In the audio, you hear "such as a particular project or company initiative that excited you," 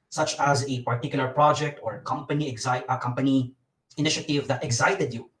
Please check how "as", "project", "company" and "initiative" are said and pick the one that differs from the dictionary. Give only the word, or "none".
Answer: none